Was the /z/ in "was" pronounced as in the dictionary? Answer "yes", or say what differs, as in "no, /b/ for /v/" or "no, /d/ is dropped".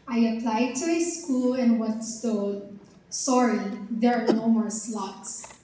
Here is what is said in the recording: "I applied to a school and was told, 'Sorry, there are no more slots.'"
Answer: no, /s/ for /z/